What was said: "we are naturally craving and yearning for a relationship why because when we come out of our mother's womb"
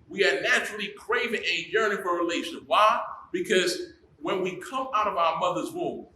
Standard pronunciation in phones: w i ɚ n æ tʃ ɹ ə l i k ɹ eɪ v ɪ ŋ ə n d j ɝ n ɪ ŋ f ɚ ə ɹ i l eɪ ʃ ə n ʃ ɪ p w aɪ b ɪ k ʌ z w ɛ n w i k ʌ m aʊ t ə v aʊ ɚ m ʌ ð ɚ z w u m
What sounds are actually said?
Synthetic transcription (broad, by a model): w i ɚ n æ tʃ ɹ l i k ɹ eɪ v ɪ ŋ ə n j ɝ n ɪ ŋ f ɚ ə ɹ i l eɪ ə ʃ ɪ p w aɪ b ɪ k ʌ z w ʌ n w i k ʌ m aʊ t ə v aʊ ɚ m ʌ ð ɚ z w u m